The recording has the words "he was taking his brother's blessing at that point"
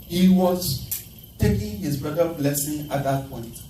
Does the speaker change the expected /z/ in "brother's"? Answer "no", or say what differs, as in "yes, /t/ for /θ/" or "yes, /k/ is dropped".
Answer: yes, /z/ is dropped